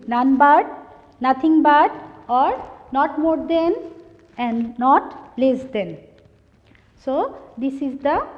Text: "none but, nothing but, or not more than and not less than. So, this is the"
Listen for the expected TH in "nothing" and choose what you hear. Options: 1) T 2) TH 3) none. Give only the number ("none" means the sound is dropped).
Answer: 1